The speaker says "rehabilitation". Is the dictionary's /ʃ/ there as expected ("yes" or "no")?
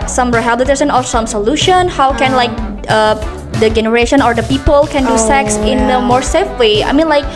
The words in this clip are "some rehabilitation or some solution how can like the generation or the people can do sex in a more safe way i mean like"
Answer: no